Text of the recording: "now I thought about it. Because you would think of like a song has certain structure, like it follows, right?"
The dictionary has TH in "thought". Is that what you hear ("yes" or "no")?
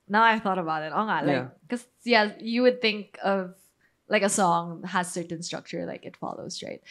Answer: yes